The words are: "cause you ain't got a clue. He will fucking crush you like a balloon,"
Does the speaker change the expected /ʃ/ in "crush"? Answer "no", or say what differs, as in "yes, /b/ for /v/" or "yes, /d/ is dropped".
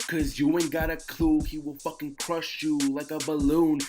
no